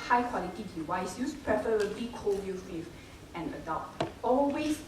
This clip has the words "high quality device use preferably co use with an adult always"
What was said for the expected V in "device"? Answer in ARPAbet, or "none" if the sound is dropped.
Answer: W